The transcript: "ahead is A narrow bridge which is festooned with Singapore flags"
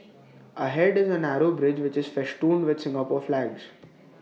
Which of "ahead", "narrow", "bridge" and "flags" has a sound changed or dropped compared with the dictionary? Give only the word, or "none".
none